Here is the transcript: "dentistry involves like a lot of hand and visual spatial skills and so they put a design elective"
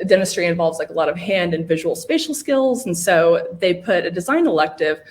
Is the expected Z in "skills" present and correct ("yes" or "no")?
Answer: yes